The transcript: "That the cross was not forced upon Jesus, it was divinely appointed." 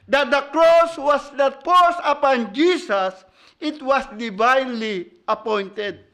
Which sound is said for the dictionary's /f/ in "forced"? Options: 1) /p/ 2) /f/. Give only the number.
1